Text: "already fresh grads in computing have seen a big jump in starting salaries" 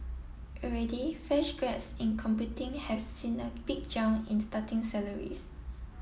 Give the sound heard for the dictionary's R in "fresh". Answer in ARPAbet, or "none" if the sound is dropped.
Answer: none